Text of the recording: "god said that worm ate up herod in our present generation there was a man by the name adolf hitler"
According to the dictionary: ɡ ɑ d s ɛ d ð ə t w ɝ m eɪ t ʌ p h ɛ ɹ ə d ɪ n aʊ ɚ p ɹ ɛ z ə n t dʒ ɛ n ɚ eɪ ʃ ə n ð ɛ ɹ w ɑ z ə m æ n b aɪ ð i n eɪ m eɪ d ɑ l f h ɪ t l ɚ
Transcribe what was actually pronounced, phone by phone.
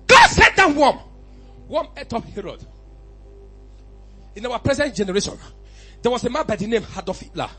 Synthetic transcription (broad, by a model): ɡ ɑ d s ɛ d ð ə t w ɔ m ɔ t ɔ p h ɛ ɹ ə d ɪ n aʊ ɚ p ɹ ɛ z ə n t dʒ ɛ n ɚ eɪ ʃ ə n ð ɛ w ɑ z ə m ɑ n b aɪ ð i n eɪ m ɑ d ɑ f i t l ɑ